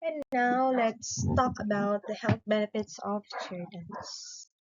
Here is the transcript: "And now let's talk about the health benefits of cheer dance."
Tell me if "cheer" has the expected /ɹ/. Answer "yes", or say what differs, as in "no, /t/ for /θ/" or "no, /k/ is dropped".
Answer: no, /l/ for /ɹ/